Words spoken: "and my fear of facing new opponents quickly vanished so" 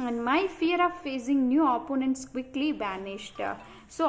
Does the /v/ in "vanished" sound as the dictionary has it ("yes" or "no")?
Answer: no